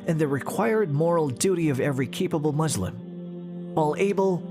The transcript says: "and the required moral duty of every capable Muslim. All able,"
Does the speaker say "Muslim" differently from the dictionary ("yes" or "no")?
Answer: no